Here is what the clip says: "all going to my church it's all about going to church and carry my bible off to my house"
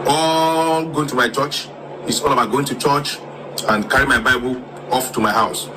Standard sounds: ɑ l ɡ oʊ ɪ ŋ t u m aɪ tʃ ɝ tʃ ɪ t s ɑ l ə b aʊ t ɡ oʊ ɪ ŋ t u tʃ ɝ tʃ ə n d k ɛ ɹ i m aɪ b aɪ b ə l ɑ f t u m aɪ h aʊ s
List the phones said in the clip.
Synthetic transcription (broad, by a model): ɑ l ɡ oʊ ɪ ŋ t u m aɪ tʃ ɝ tʃ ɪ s ɑ l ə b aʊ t ɡ oʊ ɪ ŋ t u tʃ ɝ tʃ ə n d k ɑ ɹ i m aɪ b aɪ b ə l ɑ f t u m aɪ h aʊ s